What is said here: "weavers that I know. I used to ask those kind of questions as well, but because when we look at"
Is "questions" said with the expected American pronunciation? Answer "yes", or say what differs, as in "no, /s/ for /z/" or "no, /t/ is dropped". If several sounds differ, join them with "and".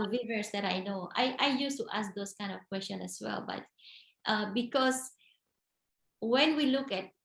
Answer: no, /z/ is dropped